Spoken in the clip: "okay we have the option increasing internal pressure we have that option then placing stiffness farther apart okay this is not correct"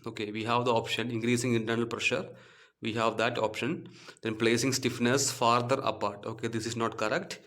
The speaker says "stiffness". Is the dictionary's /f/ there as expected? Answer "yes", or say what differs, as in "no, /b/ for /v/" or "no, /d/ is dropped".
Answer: yes